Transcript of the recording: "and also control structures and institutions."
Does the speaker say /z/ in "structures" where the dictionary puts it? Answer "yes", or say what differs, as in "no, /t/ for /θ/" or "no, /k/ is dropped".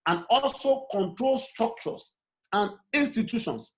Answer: no, /s/ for /z/